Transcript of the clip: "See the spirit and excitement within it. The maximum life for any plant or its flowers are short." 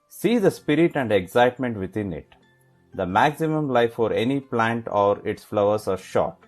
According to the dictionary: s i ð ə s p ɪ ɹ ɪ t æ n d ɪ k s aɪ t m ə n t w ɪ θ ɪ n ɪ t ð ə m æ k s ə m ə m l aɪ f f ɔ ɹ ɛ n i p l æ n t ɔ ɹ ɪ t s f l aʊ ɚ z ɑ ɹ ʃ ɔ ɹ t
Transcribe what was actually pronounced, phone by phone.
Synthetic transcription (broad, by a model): s i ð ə s p ɪ ɹ ɪ t æ n d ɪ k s aɪ t m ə n t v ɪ t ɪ n ɪ t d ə m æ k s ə m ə m l aɪ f f ɔ ɹ ɛ n i p l æ n t ɔ ɹ ɪ t s f l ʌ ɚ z ɑ ɹ ʃ ɔ t